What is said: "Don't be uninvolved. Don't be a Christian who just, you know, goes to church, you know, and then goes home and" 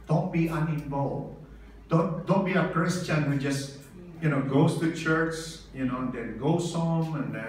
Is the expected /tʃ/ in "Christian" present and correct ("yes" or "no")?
yes